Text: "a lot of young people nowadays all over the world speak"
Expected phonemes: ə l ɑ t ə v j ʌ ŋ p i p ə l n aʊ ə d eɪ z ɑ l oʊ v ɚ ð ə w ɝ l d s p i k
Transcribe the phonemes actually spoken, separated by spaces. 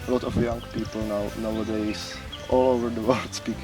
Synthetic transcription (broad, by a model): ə l ɑ t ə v j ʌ ŋ p i p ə w n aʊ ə d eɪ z ɑ l oʊ v ɚ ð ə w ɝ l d s p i k